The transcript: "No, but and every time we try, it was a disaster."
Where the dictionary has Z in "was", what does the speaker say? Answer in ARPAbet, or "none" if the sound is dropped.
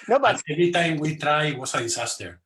S